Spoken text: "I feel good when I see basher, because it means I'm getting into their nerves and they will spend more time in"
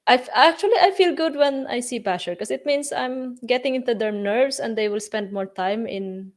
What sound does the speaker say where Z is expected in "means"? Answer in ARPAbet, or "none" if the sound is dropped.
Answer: S